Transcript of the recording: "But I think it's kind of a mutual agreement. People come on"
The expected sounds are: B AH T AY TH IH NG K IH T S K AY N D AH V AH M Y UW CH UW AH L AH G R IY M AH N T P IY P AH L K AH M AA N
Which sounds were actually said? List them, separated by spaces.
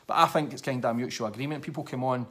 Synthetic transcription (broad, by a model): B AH T AY TH IH NG K IH T S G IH D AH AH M Y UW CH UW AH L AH G R IY M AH N P IY P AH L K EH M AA N